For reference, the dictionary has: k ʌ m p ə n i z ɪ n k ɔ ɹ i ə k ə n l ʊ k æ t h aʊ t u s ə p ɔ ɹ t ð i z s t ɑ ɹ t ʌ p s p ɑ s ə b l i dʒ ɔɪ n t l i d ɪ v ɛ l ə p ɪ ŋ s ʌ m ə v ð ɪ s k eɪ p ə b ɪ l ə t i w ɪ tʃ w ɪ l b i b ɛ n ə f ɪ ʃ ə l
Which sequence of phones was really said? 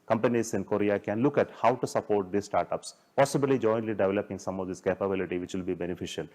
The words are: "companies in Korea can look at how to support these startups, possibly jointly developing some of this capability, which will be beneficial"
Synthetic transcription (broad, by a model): k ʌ m p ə n i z ɪ n k ɔ ɹ i ə k ə n l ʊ k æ t h aʊ t u s ə p ɔ ɹ t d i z s t ɑ ɹ t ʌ p s p ɑ s ə b l i dʒ ɔɪ n t l i d ɪ v ɛ l ə p ɪ ŋ s ʌ m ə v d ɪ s k eɪ p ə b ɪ l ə t i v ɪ tʃ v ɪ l b i b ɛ n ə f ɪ ʃ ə l